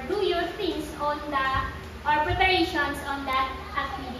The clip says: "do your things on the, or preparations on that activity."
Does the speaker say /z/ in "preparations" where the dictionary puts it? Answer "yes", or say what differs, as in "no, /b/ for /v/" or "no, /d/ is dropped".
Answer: no, /s/ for /z/